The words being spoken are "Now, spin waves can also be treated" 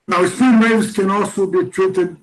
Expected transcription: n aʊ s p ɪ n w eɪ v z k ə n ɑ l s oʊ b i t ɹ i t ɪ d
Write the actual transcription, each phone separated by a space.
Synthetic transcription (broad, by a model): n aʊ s ɪ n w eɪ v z k ə n ɑ l s oʊ b i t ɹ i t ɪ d